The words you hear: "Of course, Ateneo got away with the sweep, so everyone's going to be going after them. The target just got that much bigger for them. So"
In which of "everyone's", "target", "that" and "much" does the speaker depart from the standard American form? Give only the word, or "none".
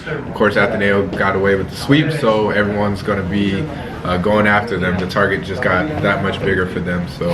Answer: none